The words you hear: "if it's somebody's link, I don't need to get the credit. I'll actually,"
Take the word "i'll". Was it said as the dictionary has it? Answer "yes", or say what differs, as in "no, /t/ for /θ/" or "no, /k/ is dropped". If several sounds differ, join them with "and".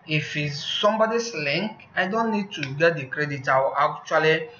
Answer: no, /w/ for /l/